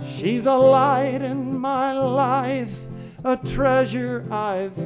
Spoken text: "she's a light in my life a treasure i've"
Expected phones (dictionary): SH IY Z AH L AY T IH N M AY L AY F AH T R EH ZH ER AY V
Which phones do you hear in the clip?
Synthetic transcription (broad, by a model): SH IY Z AH L AY T IH N M AY L AY F AH T R EH ZH ER AY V